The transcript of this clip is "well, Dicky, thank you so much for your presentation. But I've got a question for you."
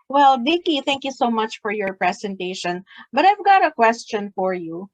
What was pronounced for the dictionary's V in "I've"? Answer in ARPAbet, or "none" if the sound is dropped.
V